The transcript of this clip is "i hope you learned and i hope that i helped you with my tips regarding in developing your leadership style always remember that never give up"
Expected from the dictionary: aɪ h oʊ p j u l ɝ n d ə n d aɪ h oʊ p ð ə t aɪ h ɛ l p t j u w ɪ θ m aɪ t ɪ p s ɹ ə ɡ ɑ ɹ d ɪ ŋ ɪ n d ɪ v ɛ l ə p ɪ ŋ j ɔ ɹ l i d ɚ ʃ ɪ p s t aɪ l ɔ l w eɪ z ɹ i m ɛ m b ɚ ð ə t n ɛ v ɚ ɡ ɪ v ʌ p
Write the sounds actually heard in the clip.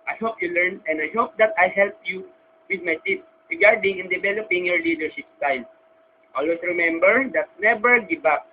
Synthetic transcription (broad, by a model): aɪ h oʊ p j u l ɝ n ə n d aɪ h oʊ p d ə t aɪ h ɛ l p j u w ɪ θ m aɪ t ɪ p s ɹ ə ɡ ɑ ɹ d ɪ ŋ ɪ n d ɪ v ɛ l ə p ɪ ŋ j ɔ ɹ l i d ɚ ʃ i p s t aɪ n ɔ l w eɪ s ɹ i m ɛ m b ɚ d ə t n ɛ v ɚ ɡ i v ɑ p